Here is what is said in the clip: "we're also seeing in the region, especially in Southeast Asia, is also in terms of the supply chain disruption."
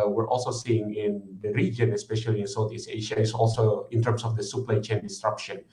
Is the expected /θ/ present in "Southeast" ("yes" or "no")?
no